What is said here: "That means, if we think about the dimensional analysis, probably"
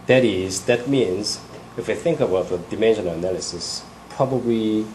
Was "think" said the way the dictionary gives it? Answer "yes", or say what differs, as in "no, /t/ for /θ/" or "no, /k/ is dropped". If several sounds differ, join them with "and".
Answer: yes